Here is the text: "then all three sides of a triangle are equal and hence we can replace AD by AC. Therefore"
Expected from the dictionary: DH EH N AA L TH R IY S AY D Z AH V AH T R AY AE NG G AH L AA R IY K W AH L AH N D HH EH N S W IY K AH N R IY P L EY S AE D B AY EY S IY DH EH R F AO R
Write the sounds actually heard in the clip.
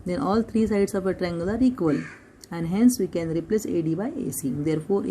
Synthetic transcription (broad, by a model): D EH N AA L T R IY S AY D S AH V AH T R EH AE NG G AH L AA R IY K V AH L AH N D HH EH N S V IY K AH N R IY P L EY S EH D B AY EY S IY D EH R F AO R